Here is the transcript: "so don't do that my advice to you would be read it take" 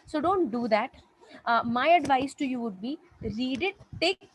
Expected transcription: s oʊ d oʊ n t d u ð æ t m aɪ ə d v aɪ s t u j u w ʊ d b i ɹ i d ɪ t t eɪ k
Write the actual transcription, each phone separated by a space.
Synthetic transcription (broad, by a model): s oʊ d oʊ n t d u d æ t m aɪ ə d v aɪ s t u j u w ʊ d b i ɹ i d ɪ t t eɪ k